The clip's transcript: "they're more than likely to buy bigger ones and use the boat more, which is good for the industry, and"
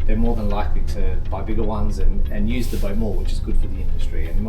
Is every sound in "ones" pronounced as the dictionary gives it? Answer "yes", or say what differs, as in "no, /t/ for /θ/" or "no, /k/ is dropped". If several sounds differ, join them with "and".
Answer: yes